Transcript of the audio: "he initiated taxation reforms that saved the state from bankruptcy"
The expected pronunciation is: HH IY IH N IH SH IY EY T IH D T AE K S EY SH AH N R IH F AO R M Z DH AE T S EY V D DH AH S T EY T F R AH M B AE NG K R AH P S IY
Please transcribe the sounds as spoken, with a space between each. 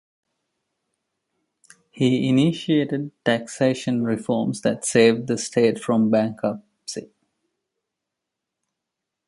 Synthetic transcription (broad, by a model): HH IY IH N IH SH IY EY T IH D T AE K S EY SH AH N R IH F AO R M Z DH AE T S EY V D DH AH S T EY T F R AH M B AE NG K AH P S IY